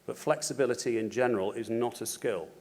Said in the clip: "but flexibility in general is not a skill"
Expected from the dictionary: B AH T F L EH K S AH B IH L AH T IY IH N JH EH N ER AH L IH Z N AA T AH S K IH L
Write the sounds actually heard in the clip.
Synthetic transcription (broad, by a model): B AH T F L EH K S AH B IH L AH T IY IH N JH EH N ER AH L IH Z N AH T AH S K IH L